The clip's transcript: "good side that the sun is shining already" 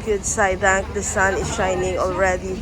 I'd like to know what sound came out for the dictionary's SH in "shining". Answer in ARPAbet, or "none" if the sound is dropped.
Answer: SH